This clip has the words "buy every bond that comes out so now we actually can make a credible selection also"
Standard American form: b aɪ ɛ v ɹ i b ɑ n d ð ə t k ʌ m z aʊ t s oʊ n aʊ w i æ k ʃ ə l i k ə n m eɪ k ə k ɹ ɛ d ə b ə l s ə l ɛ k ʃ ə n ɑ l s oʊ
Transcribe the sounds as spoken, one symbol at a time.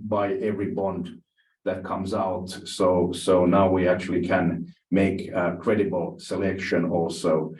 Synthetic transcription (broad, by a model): b aɪ ɛ v ɹ i b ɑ n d ð ə t k ʌ m z aʊ t s oʊ n aʊ w i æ k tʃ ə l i k ə n m eɪ k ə k ɹ ɛ d ə b ə l s ə l ɛ k ʃ ə n ɑ l s oʊ